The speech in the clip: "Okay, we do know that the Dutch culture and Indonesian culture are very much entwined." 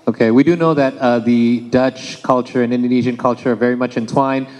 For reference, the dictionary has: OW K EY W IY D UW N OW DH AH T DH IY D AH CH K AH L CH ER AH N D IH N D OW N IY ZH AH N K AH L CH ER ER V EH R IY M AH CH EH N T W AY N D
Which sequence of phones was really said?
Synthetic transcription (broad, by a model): OW K EY W IY D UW N OW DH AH T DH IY D AH CH K AH L CH ER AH N IH N D OW N IY ZH AH N K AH L CH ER ER V EH R IY M AH CH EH N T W AY N